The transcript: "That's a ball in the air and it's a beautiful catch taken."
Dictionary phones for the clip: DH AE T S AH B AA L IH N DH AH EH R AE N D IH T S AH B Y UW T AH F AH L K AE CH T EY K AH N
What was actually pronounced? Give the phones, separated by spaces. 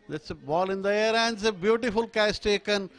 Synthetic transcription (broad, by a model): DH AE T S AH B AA L IH N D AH EH R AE N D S AH B Y UW T AH F AH L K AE S T EY K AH N